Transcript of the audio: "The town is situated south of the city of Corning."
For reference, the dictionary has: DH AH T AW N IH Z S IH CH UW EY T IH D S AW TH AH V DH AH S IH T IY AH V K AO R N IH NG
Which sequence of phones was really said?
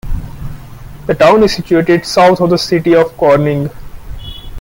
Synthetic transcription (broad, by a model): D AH T AW N IH Z S IH CH UW EY T IH D S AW T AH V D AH S IH T IY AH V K AO R N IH NG